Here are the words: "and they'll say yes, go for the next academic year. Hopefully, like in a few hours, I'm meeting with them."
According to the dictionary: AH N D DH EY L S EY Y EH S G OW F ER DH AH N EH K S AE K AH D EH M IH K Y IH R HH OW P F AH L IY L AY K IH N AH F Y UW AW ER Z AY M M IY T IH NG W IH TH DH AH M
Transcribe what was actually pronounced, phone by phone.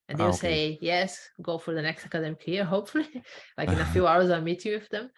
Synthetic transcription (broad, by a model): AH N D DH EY W S EY Y EH S G OW F ER DH AH N EH K S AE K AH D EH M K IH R HH OW P F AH L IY L AY K IH N AH F Y UW AW ER Z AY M M IY T IH NG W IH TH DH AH M